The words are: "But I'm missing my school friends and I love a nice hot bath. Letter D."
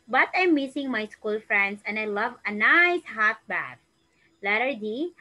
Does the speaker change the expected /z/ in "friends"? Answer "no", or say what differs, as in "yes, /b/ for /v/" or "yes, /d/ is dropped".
yes, /s/ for /z/